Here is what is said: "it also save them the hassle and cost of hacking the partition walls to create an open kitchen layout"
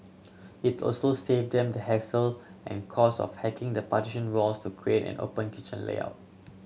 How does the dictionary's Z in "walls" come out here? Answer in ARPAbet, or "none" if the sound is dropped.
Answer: S